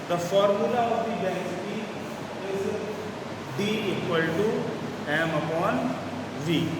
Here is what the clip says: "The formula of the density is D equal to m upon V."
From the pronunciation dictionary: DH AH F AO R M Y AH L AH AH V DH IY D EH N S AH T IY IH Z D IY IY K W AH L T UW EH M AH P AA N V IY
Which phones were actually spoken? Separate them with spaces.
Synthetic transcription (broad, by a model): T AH F AO R M Y AH L AH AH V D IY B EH S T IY IH Z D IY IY K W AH L T UW EH M AH P AA N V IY